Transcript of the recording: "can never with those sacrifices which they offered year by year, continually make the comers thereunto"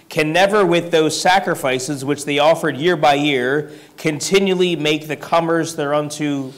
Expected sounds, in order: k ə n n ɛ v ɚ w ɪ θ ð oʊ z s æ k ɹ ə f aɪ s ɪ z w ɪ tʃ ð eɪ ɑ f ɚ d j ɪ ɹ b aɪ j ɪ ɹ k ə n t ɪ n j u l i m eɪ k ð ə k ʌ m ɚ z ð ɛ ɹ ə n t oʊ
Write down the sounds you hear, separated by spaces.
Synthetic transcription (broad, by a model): k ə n n ɛ v ɚ w ɪ ð oʊ z s æ k ɹ ə f aɪ s ɪ z w ɪ tʃ ð eɪ ɑ f ɚ d j ɪ ɹ b aɪ j ɪ ɹ k ə n t ɪ n j u l i m eɪ k ð ə k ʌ m ɚ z ð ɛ ɹ ə n t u